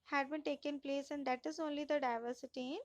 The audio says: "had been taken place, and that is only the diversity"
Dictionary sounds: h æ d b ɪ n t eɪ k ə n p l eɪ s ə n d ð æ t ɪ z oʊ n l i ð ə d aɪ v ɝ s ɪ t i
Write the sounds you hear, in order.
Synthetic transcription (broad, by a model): h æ d b ɪ n t eɪ k ə n p l eɪ s ə n d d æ t ɪ z oʊ n l i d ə d aɪ v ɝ s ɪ t i